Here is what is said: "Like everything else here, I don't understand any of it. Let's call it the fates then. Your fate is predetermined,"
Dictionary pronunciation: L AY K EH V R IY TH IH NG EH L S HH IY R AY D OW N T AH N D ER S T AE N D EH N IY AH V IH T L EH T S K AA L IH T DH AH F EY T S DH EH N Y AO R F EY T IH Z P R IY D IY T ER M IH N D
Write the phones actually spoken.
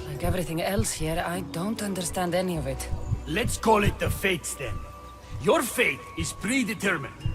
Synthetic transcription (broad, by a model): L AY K EH V R IY TH IH NG EH L S HH IY R AY D OW N T AH N D ER S T AE N D EH N IY AH V IH T L EH T S K AA L IH T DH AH F EY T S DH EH N Y AO R F EY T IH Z P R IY D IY T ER M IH N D